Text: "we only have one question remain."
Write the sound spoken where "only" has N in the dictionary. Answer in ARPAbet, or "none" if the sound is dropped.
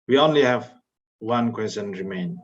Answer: N